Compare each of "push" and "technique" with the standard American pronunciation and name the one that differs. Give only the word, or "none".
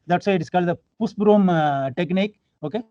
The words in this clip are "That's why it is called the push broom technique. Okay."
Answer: push